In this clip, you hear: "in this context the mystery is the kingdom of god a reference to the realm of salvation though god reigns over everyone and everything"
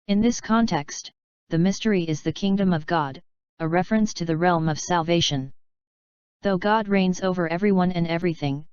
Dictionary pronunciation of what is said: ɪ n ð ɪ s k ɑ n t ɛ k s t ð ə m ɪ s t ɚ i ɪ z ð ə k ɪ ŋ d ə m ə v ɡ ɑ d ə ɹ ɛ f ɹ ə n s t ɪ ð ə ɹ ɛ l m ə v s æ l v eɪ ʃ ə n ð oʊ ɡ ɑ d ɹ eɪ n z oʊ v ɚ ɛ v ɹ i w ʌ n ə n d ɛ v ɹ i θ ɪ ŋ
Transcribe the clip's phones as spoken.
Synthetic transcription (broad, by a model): ɪ n ð ɪ s k ɑ n t ɛ k s t ð ə m ɪ s t ɚ i ɪ z ð ə k ɪ ŋ d ə m ə v ɡ ɑ d ə ɹ ɛ f ɹ ə n s t ɪ ð ə ɹ ɛ l m ə v s æ l v eɪ ʃ ə n ð oʊ ɡ ɑ d ɹ eɪ n z oʊ v ɚ ɛ v ɹ i w ʌ n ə n ɛ v ɹ i θ ɪ ŋ